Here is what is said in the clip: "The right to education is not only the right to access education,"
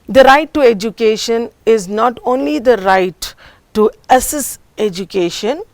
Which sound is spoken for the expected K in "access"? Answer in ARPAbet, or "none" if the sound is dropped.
none